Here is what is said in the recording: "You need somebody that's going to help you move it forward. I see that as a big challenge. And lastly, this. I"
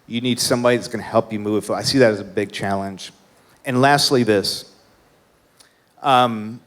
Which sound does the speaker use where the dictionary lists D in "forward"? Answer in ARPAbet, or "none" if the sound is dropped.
none